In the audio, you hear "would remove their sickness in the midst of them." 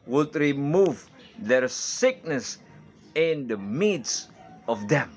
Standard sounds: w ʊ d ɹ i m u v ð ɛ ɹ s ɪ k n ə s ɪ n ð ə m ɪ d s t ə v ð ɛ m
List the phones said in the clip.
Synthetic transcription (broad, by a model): w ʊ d ɹ i m u v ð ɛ ɹ s ɪ k n ə s ɪ n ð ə m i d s ə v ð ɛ m